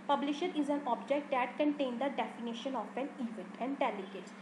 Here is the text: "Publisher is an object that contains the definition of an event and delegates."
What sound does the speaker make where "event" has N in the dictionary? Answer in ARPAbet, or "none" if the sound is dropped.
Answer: none